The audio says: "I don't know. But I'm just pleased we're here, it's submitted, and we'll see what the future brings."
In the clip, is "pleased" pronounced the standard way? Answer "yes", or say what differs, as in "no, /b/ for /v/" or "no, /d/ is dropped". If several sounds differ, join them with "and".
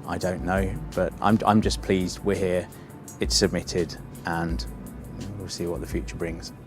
yes